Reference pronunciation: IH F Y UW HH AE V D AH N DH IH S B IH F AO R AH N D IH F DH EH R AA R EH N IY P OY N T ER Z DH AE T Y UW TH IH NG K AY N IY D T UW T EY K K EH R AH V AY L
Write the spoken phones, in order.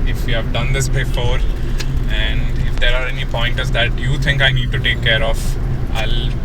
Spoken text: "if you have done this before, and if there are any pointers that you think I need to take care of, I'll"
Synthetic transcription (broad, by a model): IH F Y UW HH AE V D AH N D IH S B IH F AO R AH N D IH F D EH R AA R EH N IY P OY N T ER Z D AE T Y UW T IH NG K AY N IY D T UW T EY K K EH R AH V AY L